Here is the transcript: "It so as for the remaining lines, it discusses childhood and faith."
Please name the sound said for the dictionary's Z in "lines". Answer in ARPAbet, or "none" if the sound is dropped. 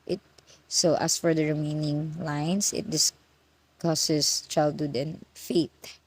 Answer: S